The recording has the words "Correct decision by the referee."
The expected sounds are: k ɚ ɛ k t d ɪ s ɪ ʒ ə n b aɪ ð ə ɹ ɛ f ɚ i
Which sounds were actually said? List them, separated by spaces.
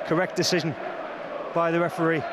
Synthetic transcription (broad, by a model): k ɚ ɛ k d ɪ s ɪ ʒ ə n b aɪ ð ə ɹ ɛ f ɚ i